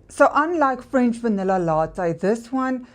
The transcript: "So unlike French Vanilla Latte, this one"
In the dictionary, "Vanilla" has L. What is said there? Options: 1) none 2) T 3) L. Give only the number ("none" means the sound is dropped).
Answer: 3